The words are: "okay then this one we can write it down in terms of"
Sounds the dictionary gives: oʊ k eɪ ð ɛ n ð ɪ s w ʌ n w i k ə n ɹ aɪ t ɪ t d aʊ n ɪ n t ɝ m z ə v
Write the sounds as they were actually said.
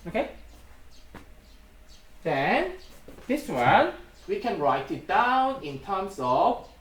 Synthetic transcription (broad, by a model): oʊ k eɪ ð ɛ n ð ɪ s w ʌ n w i k ə n ɹ aɪ t ɪ t d aʊ n ɪ n t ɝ m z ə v